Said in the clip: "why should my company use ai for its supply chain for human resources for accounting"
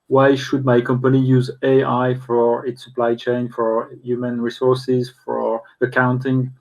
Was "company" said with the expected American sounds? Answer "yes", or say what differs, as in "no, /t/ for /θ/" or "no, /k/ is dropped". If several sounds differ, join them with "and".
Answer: yes